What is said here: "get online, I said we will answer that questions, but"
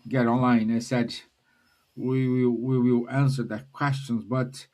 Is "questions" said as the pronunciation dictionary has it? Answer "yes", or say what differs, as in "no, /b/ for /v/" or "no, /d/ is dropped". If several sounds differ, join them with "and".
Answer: yes